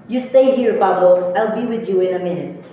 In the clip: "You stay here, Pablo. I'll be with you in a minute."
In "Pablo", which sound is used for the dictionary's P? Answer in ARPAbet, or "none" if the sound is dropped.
F